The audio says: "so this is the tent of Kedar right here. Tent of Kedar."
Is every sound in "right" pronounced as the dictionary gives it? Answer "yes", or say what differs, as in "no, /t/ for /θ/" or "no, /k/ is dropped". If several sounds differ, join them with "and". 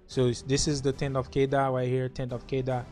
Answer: no, /w/ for /ɹ/